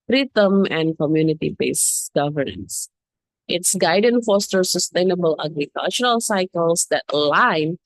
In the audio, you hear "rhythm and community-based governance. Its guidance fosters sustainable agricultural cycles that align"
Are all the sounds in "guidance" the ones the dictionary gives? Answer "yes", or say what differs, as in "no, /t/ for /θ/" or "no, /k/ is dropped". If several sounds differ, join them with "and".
no, /s/ is dropped